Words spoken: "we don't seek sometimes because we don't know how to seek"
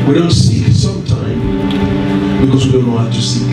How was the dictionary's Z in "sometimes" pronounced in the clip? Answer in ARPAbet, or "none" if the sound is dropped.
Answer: none